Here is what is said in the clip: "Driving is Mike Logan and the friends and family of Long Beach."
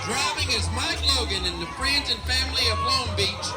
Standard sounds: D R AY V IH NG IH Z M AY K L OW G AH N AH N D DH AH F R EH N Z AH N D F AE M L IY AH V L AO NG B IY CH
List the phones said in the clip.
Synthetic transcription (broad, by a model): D R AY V IH NG IH Z M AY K L OW G AH N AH N DH AH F R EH N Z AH N F AE M L IY AH V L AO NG B IY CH